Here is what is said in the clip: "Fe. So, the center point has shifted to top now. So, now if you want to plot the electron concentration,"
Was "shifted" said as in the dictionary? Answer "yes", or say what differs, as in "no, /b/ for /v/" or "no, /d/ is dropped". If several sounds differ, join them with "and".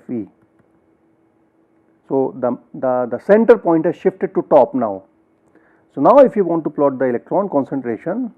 yes